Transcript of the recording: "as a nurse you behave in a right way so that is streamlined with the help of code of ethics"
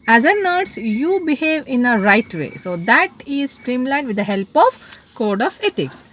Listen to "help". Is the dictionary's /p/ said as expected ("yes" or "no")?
yes